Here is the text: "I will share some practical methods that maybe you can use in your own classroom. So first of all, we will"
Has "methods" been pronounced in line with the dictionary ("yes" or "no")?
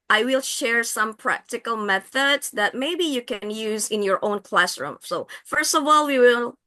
yes